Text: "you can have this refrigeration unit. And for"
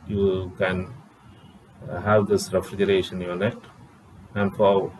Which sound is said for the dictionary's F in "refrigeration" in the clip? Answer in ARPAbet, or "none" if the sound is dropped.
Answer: F